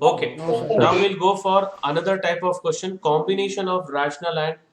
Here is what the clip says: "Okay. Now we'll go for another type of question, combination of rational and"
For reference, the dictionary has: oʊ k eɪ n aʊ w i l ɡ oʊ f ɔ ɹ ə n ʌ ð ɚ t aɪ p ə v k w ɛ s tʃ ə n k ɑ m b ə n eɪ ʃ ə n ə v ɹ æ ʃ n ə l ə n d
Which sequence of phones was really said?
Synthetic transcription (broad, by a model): oʊ k eɪ n aʊ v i l ɡ oʊ f ɔ ɹ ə n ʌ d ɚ t aɪ p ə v k w ɛ s tʃ ə n k ɑ m b ə n eɪ ʃ ə n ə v ɹ æ ʃ n ə l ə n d